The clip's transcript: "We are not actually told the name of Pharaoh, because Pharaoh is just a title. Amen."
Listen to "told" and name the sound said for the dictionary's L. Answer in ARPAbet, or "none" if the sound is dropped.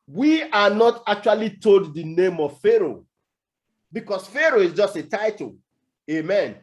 L